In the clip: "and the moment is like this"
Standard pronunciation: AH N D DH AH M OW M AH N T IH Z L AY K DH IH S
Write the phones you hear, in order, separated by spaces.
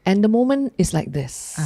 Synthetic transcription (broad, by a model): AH N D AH M OW M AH N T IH S L AY K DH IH S